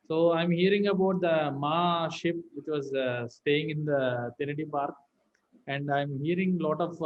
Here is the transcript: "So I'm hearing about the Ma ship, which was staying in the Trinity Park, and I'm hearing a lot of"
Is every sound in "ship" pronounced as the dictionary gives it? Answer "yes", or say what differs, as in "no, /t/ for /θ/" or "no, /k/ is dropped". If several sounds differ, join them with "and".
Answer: yes